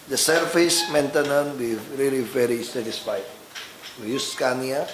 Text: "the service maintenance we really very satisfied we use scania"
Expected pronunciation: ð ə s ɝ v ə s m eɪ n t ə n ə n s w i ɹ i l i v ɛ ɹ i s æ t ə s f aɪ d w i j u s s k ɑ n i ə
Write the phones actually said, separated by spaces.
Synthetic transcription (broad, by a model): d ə s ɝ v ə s m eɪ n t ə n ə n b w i ɹ i l i v ɛ ɹ i s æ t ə s f aɪ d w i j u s s k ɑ n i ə